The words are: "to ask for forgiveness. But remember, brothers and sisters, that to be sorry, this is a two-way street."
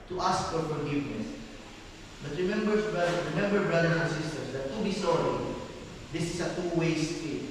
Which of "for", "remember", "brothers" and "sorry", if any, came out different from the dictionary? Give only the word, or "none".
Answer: brothers